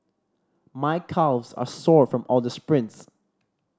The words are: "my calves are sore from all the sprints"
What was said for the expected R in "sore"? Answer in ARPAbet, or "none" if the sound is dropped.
R